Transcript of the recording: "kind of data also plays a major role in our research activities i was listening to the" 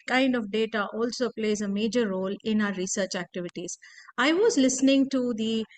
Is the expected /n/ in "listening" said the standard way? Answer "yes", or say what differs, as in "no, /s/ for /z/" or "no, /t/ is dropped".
yes